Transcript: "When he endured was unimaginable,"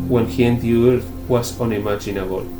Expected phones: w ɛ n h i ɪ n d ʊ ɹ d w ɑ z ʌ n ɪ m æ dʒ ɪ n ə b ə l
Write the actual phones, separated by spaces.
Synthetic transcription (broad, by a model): w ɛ n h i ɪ n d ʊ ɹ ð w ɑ s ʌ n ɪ m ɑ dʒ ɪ n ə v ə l